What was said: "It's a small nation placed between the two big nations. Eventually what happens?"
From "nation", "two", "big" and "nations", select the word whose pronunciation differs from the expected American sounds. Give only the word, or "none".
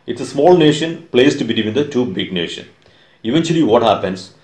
nations